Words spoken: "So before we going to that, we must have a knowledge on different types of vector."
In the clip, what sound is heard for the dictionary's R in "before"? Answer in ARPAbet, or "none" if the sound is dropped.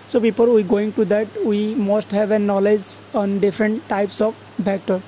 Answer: L